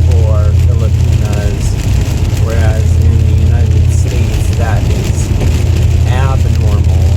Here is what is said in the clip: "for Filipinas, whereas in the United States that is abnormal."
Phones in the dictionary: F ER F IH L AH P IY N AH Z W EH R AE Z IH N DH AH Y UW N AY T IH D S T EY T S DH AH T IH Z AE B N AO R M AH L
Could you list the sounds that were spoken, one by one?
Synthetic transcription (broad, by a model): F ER F IH L AH P IY N AH Z W EH R AE Z IH N DH AH Y UW N AY T IH D S T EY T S DH AH T IH Z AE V N AO R M L